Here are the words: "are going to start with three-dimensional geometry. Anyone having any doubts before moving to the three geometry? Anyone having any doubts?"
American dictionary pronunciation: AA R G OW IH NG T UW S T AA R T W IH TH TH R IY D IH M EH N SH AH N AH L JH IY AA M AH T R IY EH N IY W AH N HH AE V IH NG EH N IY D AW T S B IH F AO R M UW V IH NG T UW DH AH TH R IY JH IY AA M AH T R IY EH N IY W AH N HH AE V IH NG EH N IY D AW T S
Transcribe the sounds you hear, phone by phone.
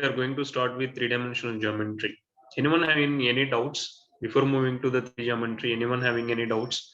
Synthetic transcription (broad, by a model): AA R G OW IH NG T UW S T AA R T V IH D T R IY D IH M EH N SH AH N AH N JH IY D M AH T R IY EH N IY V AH N HH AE V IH NG EH N IY D AW T S B IH F AO R M UW V IH NG T UW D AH T R IY JH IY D M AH T R IY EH N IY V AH N HH AE V IH NG EH N IY D AW T S